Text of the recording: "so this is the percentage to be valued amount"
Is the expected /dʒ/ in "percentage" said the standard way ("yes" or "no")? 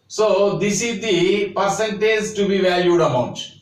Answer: no